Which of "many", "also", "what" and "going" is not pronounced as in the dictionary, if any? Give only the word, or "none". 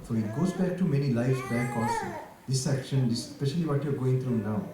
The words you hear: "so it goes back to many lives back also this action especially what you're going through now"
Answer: also